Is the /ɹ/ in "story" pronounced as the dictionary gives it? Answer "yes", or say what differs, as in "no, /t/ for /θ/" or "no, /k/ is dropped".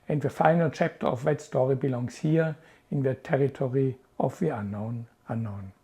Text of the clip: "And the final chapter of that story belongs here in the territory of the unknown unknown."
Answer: yes